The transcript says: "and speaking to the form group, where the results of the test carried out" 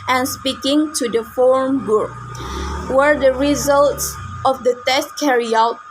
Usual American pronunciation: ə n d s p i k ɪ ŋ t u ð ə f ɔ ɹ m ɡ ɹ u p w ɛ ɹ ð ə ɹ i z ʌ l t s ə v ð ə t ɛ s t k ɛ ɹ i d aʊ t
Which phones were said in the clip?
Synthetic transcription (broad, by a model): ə n s p i k ɪ ŋ t u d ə f ɔ ɹ m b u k w ɛ ɹ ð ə ɹ i z ʌ l t s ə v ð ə t ɛ s t k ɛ ɹ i aʊ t